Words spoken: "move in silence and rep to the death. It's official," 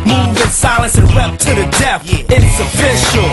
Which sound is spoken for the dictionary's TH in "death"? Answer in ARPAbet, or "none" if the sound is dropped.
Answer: F